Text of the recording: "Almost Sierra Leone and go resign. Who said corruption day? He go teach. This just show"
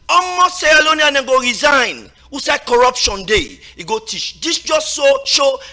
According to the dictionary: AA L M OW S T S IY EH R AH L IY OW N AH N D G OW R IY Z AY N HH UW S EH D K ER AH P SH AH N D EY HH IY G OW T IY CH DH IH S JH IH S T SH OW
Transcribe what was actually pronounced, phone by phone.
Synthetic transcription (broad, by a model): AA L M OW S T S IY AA L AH N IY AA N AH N G OW R IY Z AY N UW S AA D K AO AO P SH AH N D EY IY G OW T IY CH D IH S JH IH S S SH OW